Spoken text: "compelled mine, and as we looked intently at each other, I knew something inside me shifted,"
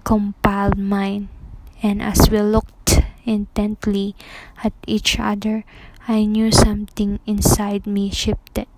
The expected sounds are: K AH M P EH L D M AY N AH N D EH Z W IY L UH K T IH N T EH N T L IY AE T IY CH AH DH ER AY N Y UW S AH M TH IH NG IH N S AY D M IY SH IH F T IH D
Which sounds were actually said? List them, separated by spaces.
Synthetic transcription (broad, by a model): K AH M P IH L D M AY N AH N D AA S W IY L UH K T IH N T EH N T L IY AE T IY CH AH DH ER AY N Y UW S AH M T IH NG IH N S AY D M IY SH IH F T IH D